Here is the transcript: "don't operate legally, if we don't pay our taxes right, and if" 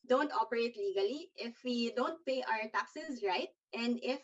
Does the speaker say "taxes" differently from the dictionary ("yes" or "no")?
no